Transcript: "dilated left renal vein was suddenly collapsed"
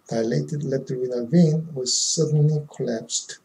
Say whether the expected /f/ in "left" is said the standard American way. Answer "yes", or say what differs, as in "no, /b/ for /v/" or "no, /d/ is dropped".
no, /f/ is dropped